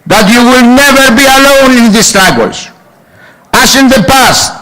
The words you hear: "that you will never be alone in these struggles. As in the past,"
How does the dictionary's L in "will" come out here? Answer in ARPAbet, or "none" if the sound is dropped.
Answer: L